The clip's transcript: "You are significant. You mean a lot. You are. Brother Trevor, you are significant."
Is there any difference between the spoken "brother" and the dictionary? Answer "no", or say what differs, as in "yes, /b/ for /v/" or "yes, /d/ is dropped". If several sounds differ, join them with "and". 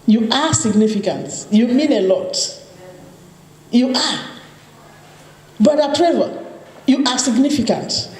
yes, /ɹ/ is dropped